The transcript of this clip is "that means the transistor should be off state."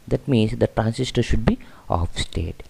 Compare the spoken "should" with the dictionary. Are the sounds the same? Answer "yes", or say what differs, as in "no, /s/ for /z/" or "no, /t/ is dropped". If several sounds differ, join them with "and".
yes